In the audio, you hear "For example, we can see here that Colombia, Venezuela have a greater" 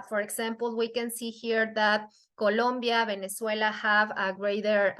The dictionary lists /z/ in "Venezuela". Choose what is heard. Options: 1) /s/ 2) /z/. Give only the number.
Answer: 1